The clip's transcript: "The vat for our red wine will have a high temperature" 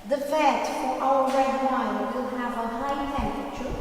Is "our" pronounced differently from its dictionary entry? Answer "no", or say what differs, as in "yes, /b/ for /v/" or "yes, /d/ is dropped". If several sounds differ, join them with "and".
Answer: yes, /l/ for /ɹ/